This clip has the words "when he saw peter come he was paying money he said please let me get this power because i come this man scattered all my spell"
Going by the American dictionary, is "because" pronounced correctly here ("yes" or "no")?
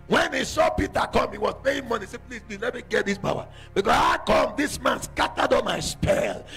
no